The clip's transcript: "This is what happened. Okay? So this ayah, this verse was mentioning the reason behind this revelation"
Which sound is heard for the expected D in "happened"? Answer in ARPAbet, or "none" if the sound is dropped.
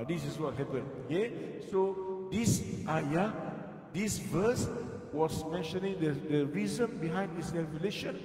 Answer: none